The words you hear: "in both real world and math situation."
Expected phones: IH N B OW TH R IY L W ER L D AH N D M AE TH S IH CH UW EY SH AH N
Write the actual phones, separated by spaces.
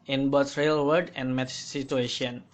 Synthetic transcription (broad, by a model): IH N B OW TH R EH L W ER D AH N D M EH T S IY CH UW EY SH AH N